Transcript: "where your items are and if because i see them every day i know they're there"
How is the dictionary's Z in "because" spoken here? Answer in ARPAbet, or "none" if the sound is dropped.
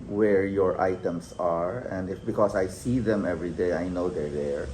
S